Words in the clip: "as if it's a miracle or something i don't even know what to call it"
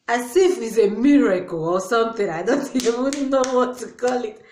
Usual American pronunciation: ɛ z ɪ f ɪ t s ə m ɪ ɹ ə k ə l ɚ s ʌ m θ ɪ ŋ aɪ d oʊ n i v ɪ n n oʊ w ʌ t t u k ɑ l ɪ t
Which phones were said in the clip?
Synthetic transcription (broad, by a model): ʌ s ɪ f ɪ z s ə m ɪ ɹ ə k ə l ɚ s ʌ m θ ɪ ŋ aɪ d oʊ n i w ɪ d n oʊ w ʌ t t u k ɑ l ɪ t